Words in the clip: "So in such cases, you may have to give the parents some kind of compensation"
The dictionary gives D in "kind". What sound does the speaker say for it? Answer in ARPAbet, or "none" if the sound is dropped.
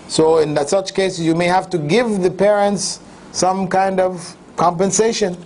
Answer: D